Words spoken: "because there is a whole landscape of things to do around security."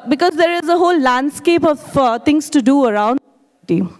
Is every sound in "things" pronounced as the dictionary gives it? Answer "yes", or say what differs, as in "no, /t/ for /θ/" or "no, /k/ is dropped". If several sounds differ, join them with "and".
no, /t/ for /θ/